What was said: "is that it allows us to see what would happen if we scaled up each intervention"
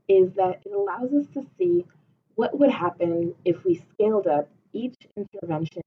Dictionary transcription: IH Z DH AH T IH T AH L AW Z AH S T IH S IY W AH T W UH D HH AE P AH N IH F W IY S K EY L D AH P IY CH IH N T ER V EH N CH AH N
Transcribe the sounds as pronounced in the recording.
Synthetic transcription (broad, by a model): IH Z DH AH T IH T AH L AW Z AH S T IH S IY W AH T W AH D HH AE P AH N IH F W IY S K EY L D AH P IY CH IH N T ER V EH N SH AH N